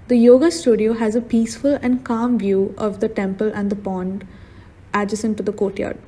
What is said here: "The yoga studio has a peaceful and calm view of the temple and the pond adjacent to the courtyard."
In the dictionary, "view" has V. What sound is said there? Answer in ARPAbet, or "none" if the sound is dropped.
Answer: V